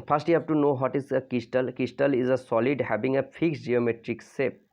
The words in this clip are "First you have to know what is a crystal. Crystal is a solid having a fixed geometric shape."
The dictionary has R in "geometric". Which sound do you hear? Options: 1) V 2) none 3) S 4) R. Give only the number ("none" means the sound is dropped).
4